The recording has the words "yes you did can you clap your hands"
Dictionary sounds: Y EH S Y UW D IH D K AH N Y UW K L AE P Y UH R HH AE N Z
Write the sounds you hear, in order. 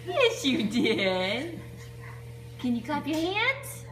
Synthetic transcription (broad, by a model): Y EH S Y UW D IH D K AH N Y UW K AA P Y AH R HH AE N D